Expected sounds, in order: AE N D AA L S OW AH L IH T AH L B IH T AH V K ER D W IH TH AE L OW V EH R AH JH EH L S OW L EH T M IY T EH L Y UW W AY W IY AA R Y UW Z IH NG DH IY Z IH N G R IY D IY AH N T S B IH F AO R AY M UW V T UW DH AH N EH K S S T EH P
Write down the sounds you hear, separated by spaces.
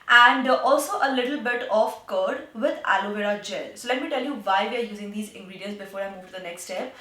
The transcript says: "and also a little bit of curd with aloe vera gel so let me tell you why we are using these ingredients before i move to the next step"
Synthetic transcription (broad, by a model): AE N D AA L S OW AH L IH T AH L B IH T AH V K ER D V IH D AE L OW V EH R AH JH EH L S OW L EH T M IY T EH L Y UW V AY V IY AA R Y UW Z IH NG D IY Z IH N G R IY D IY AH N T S B IH F AO R AY M UW V T UW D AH N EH K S S T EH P